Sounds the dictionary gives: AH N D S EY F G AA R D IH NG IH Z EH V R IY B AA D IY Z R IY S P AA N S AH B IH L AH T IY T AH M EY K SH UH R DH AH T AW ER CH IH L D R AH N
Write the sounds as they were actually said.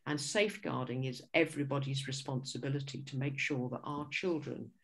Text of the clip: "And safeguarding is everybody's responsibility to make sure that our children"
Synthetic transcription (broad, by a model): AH N S EY F G AA R D IH NG IH Z EH V R IY B AA D IY Z R IY S P AA N S AH B IH L AH T IY T AH M EY K SH UH R DH AH T AW ER CH IH L D R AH N